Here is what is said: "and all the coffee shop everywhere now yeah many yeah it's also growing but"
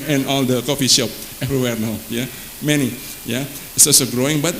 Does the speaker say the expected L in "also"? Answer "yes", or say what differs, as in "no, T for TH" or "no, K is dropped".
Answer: no, L is dropped